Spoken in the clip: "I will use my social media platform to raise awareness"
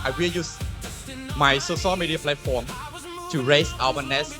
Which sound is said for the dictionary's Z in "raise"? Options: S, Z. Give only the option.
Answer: S